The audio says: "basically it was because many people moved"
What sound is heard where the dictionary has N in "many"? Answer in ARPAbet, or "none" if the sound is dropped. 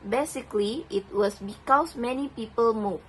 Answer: N